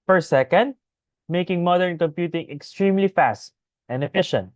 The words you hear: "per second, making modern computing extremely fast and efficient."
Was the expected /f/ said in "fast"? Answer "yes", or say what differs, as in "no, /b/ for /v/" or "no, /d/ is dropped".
yes